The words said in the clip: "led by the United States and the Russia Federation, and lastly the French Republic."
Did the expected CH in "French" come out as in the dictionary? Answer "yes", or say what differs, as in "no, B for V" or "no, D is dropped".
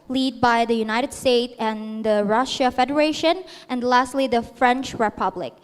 yes